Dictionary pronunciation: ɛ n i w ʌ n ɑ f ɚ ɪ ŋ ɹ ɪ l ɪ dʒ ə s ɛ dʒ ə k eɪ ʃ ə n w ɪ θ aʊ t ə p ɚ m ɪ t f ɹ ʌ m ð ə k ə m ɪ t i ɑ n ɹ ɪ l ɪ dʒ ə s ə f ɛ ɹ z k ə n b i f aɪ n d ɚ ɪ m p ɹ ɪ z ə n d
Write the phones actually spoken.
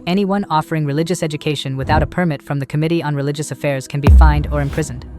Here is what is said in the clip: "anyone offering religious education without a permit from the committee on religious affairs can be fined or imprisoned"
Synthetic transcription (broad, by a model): ɛ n i w ʌ n ɑ f ɚ ɪ ŋ ɹ ɪ l ɪ dʒ ə s ɛ dʒ ə k eɪ ʃ ə n w ɪ θ aʊ t ə p ɚ m ɪ t f ɹ ʌ m ð ə k ə m ɪ t i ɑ n ɹ ɪ l ɪ dʒ ə s ə f ɛ ɹ z k ə n b i f aɪ n d ɚ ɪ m p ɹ ɪ z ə n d